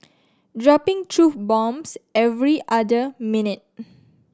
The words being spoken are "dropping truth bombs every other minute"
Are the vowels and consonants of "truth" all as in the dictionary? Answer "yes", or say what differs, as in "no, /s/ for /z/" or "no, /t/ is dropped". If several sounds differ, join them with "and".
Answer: no, /f/ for /θ/